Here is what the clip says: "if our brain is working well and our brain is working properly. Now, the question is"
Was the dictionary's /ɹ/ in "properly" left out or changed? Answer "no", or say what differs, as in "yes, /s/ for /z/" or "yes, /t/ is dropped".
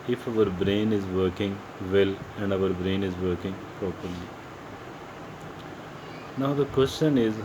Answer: yes, /ɹ/ is dropped